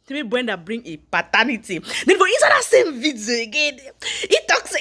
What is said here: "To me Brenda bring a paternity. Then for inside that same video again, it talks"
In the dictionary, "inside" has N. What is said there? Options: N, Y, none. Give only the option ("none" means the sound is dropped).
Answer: none